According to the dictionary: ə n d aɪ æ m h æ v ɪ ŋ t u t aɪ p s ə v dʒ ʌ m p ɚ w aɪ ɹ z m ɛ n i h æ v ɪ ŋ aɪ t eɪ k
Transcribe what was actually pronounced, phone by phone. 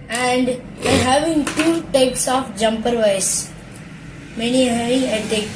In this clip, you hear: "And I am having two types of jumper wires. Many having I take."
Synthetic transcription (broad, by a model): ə n d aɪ h æ v ɪ ŋ t u t aɪ p s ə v dʒ ʌ m p ɚ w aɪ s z m ɛ n i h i ɪ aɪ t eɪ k